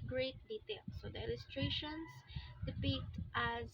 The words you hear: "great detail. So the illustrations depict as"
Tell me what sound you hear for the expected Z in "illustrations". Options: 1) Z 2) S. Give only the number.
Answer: 2